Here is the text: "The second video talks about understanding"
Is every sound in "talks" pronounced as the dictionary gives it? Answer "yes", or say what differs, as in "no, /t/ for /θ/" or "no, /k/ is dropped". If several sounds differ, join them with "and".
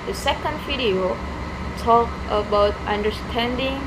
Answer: no, /s/ is dropped